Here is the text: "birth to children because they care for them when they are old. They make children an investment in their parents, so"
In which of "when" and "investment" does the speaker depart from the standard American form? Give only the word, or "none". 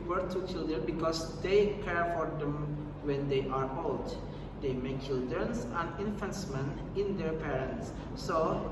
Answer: investment